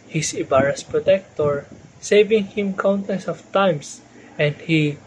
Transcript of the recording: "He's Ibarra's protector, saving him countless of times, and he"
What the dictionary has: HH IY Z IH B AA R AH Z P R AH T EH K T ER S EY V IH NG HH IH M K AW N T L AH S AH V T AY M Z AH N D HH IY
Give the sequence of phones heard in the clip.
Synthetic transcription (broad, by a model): HH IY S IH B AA R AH S P R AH T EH K T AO S EY V IH NG HH IH M K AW N T AH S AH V T AY M S AH N D HH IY